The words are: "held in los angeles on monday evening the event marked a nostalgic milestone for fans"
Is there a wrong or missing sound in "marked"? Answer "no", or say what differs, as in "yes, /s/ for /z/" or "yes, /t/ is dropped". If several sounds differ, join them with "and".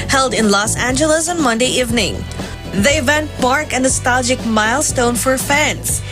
yes, /t/ is dropped